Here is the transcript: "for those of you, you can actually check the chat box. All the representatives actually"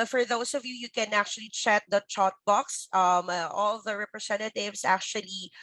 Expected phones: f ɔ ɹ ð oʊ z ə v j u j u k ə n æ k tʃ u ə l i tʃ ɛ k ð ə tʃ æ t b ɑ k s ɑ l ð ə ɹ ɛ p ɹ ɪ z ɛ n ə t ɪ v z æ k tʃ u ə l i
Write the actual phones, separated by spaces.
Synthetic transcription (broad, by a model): f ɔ ɹ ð oʊ s ə v j u j u k ə n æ k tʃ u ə l i tʃ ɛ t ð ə tʃ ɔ t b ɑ k s ɑ l ð ə ɹ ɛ p ɹ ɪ s ɛ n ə t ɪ v s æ k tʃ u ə l i